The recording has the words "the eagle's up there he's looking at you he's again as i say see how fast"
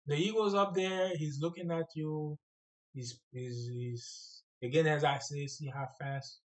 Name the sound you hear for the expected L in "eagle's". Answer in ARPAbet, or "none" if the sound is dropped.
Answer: none